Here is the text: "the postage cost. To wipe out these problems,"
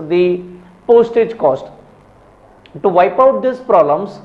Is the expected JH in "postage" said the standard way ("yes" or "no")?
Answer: yes